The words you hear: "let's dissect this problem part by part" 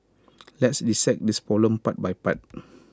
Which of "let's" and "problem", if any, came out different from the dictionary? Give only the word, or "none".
problem